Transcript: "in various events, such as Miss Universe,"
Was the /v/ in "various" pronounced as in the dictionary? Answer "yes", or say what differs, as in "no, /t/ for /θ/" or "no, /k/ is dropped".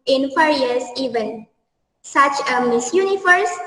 no, /f/ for /v/